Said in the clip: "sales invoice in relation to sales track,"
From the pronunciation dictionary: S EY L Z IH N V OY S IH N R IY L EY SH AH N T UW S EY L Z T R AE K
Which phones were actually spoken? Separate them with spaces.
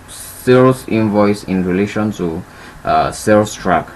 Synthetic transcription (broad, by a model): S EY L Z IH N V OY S IH N R IY L EY SH AH N T UW S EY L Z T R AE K